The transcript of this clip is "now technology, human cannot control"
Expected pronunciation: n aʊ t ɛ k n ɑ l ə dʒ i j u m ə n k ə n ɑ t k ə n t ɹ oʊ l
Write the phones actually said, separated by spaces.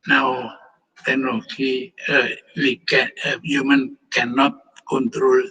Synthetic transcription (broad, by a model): n aʊ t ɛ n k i w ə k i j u m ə n k ə n ɑ t k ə n t ɹ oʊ l